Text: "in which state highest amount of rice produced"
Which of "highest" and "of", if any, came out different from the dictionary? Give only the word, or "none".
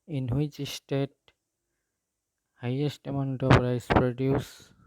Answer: of